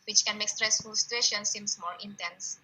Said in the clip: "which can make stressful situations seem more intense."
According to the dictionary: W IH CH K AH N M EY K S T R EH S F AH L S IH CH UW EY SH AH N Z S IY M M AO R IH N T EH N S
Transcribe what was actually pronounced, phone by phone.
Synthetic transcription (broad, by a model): W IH CH K AH N M EY K S T R EH S F AH L S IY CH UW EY SH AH N S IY M M AO R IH N T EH N S